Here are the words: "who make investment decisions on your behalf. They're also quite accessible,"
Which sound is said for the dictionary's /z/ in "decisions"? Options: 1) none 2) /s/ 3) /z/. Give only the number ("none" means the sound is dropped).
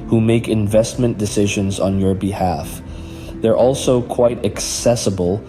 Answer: 3